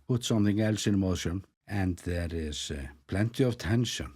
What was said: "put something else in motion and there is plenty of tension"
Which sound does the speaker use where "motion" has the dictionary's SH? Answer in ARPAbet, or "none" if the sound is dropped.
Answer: SH